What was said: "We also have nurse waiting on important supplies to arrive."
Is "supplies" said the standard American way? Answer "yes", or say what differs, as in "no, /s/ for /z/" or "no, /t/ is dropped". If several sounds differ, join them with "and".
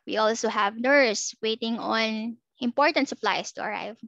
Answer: no, /s/ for /z/